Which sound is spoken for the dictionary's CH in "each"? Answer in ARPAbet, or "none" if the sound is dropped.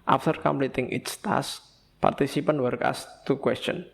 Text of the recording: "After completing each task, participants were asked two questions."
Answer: S